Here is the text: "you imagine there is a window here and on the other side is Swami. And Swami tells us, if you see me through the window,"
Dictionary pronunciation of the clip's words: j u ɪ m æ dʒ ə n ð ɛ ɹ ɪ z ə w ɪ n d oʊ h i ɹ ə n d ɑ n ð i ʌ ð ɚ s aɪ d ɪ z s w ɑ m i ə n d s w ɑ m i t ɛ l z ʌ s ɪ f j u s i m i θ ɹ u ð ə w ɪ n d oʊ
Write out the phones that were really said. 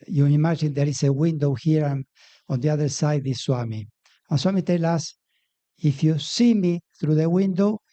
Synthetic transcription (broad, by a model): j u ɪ m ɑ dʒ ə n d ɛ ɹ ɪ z ə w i n d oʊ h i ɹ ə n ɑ n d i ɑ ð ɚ s aɪ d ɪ s w ɑ m i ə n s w ɑ m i t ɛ l ɑ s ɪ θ j u s i m i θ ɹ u ð ə w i n d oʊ